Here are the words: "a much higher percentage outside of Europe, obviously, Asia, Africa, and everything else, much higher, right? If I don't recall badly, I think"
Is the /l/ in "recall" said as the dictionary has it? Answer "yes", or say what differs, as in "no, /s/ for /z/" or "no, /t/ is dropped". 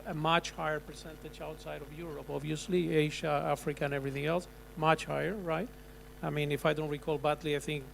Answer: yes